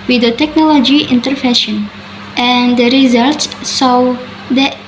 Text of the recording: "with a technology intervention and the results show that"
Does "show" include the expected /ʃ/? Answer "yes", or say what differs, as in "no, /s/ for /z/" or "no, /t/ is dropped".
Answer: no, /s/ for /ʃ/